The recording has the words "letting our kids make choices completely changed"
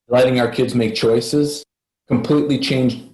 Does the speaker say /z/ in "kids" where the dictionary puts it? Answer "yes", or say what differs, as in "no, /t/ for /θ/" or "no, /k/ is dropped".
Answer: yes